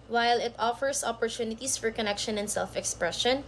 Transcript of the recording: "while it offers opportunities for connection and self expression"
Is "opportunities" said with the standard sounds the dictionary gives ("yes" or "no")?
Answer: no